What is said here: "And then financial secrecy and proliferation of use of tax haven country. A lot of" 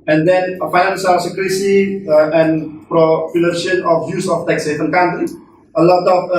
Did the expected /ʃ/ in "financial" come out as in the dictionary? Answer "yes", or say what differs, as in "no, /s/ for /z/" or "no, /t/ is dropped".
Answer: no, /s/ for /ʃ/